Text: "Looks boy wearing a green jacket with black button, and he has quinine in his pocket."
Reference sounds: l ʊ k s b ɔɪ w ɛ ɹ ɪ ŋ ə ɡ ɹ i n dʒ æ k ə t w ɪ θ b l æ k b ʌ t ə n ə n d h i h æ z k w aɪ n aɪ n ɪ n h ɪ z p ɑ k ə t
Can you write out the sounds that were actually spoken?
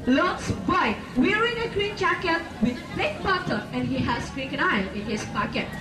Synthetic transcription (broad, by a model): l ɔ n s b ɔɪ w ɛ ɹ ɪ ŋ ə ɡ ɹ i n dʒ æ k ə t w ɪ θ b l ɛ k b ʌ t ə ə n h i h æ s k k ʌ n aɪ ɪ n h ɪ s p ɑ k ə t